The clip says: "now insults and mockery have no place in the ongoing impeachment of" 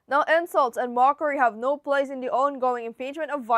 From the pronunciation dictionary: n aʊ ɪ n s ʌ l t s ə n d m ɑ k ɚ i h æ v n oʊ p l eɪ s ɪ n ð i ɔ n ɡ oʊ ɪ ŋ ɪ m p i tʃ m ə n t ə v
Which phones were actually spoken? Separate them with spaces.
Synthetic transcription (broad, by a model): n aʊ ɪ n s ʌ l t s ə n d m ɑ k ɚ i h æ v n oʊ p l eɪ s ɪ n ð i ɔ n ɡ oʊ ɪ ŋ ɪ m p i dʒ m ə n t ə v